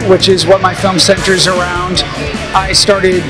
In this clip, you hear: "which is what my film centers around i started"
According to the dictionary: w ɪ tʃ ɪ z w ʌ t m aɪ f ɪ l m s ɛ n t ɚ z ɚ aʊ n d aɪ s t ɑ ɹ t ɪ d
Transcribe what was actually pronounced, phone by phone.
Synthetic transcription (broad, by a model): w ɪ tʃ ɪ z w ʌ t m aɪ f ɪ l m s ɛ n t ɚ z ɚ aʊ n d aɪ s t ɑ ɹ t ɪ d